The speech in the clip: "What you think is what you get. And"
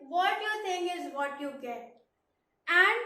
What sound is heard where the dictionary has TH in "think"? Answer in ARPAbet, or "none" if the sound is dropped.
T